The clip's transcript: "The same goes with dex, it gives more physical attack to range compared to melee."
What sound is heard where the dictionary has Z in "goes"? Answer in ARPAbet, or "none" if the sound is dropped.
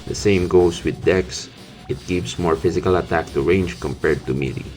S